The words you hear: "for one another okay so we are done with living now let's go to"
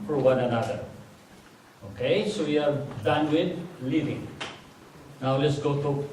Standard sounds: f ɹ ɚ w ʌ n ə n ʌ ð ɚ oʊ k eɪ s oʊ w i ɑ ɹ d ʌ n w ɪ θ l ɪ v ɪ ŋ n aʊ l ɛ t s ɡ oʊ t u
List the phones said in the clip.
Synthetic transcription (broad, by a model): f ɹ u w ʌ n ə n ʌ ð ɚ oʊ k eɪ s oʊ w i ɑ ɹ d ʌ n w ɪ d l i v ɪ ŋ n aʊ l ɛ t s ɡ oʊ t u